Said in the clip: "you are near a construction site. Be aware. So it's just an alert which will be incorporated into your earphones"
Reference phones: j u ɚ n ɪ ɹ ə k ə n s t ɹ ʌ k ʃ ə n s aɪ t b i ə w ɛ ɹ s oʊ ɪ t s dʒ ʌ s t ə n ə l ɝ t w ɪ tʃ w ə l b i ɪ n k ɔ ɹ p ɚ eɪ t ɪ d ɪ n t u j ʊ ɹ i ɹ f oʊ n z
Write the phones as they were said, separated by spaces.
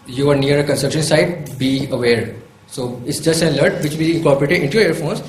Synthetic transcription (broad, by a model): j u ɚ n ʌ ɹ ə k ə n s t ʌ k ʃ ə n s aɪ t b i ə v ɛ ɹ s oʊ ɪ t s dʒ ʌ s t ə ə l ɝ t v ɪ tʃ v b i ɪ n k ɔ ɹ p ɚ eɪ t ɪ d ɪ n t u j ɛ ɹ ɹ f oʊ n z